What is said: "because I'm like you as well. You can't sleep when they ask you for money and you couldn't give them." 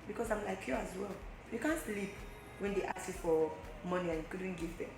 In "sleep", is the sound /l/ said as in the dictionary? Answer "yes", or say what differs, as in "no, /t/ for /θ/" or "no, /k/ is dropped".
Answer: yes